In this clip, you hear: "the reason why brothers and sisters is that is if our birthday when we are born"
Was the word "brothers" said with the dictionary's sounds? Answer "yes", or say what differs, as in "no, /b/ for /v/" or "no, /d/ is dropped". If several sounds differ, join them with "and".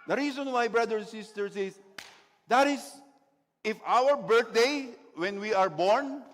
no, /z/ is dropped